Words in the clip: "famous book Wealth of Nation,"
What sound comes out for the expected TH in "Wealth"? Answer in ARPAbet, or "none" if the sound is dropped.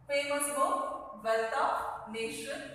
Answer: T